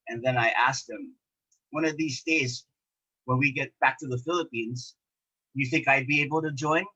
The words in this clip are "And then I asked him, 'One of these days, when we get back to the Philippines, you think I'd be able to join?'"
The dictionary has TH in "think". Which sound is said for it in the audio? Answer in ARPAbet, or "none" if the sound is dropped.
TH